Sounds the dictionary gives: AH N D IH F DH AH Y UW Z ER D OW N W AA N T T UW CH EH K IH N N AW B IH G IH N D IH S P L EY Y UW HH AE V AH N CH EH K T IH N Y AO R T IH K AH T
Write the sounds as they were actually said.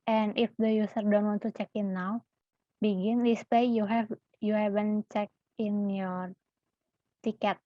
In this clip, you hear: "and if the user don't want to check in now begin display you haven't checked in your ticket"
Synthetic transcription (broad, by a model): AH N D IH F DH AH Y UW S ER D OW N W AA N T T UW CH EH K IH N N AW B IH G IH N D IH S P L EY Y UW HH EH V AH N CH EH K IH N Y AO R T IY K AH T